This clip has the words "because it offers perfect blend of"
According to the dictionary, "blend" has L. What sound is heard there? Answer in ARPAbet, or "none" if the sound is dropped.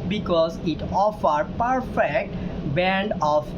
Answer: none